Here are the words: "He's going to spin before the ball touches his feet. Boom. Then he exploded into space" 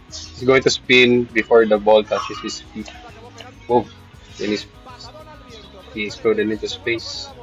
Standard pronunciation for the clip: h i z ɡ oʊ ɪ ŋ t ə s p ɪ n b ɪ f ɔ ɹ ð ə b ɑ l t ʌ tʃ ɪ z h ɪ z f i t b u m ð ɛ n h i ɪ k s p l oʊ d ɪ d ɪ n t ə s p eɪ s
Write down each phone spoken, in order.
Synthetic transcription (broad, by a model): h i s ɡ oʊ ɪ ŋ t ə s p ɪ n b ɪ f ɔ ɹ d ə b ɑ l t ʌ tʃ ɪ s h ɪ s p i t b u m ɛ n h i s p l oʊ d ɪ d ɪ n t ə s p eɪ s